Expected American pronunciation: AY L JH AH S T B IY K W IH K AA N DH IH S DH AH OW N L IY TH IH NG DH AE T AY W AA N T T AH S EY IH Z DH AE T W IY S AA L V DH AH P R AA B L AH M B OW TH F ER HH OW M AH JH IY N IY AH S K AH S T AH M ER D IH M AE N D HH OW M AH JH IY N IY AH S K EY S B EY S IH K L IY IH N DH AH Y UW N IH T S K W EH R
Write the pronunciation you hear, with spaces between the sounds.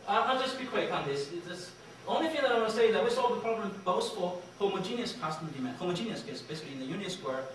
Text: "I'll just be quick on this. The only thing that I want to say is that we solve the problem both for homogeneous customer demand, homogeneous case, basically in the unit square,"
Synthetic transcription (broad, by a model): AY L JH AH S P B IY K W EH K AA N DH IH S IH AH OW N L IY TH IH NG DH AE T AY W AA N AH S EY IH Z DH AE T W IY S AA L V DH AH P R AA B L AH M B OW S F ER HH OW M AH JH IY N IY AH S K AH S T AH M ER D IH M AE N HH OW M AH JH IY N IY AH S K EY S B EY S IH K L IY IH N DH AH Y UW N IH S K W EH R